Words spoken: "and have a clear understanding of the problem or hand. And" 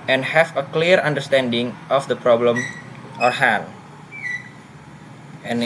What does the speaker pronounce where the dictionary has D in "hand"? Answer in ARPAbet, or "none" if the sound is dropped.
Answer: none